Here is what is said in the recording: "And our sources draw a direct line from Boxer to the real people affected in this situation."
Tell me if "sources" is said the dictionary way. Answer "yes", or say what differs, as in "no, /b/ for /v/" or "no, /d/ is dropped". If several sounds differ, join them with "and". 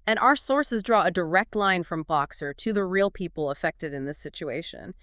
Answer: yes